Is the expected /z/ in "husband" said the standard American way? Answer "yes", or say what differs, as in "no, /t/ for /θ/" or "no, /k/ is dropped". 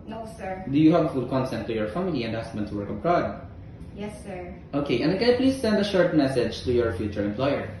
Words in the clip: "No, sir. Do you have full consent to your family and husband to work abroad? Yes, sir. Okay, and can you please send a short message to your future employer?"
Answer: no, /s/ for /z/